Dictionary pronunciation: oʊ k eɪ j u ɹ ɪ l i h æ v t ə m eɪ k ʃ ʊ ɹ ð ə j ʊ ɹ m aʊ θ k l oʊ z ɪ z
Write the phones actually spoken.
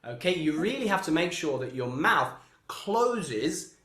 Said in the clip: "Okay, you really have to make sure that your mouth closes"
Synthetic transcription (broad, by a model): oʊ k eɪ j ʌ ɹ ɪ l i h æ f t ə m eɪ k ʃ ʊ ɹ ð ə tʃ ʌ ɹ m aʊ θ k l oʊ z ɪ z